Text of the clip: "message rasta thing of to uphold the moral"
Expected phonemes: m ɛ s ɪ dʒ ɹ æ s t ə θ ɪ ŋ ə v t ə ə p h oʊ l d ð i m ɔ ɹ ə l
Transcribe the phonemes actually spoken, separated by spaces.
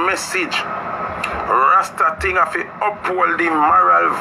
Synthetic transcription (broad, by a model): m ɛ s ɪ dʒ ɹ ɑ s t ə t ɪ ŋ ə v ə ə p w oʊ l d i m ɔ ɹ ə l